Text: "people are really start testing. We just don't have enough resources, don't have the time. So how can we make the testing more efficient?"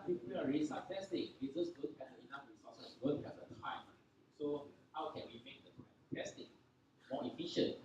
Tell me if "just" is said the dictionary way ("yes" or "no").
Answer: no